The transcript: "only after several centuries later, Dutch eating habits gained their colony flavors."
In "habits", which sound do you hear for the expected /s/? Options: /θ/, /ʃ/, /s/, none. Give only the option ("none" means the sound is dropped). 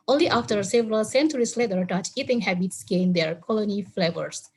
/s/